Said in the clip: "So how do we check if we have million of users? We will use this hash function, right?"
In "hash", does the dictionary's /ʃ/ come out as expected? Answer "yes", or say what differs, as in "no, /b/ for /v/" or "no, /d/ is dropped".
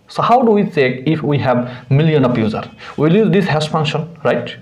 no, /s/ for /ʃ/